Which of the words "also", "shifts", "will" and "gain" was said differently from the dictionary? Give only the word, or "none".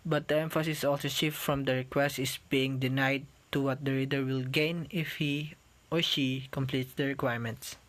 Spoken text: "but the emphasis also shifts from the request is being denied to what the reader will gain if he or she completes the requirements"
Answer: shifts